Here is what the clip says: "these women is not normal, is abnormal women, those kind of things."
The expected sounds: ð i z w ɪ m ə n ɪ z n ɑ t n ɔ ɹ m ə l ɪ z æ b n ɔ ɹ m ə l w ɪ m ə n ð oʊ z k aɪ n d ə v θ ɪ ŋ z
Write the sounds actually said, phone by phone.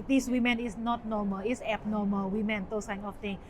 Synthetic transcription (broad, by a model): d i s w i m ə n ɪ s n ɑ t n ɔ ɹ m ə l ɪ s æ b n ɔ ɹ m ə l w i m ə n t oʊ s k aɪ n ə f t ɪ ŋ